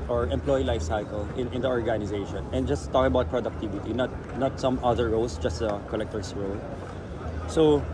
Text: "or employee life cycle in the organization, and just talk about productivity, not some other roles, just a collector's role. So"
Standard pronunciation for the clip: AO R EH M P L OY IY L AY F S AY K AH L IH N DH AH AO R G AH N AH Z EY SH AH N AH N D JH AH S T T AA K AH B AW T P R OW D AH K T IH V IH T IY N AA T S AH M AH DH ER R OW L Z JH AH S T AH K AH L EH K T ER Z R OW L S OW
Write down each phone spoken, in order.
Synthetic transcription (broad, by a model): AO R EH M P L OY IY L AY F S AY K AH L IH N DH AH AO R G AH N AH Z EY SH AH N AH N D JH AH S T T AA K AH B AW T P R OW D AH K T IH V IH T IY N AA T S AH M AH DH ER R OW L S JH AH S T AH K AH L EH K T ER S R OW L S OW